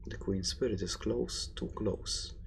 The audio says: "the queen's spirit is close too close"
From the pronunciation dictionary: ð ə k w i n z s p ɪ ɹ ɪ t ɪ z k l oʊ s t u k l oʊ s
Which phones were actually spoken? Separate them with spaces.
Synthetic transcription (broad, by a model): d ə k w i n s p ɪ ɹ ɪ t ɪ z k l oʊ s t u k l oʊ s